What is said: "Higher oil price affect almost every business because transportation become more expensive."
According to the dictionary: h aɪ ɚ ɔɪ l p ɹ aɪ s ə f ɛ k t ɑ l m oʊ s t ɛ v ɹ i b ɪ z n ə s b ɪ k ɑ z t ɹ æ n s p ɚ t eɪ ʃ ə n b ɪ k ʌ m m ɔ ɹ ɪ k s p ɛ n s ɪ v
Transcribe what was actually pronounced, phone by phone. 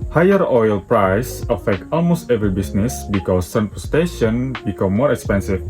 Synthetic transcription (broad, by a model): h aɪ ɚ ɔɪ l p ɹ aɪ s ə f ɛ k t ɑ l m oʊ s t ɛ v ɹ i b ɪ s n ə s b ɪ k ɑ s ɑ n p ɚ t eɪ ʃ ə n b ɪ k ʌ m m ɔ ɹ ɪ k s p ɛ n s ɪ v